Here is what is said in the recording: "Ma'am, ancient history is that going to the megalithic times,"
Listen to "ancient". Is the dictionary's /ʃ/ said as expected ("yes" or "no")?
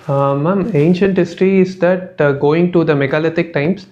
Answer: yes